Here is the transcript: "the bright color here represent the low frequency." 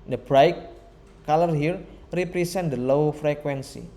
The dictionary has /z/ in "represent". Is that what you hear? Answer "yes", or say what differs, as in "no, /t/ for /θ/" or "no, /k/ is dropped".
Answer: no, /s/ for /z/